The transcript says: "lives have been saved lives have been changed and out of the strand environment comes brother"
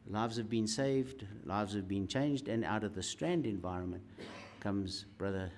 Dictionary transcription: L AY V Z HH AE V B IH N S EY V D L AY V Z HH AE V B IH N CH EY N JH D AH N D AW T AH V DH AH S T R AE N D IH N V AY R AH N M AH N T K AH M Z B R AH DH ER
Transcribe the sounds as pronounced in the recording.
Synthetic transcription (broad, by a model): L AY V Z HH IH V B IH N S EY V D L AY V Z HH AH V B IH N CH EY N JH D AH N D AW T AH V DH AH S T R AE N D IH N V AY R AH N M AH N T K AH M Z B R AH DH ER